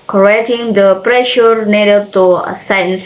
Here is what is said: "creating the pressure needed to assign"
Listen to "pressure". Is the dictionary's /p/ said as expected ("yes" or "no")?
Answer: yes